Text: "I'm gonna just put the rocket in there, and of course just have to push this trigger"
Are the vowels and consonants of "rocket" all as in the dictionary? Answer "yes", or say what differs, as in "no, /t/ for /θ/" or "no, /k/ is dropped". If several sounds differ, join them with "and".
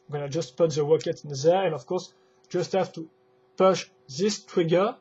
no, /w/ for /ɹ/